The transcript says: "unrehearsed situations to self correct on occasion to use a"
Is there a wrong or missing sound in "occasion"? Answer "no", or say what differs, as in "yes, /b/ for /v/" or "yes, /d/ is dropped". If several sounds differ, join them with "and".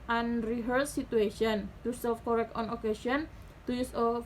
yes, /s/ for /ʒ/